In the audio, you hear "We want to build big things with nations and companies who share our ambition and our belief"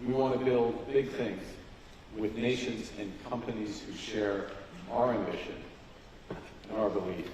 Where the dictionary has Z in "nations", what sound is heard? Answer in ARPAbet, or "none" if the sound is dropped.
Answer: Z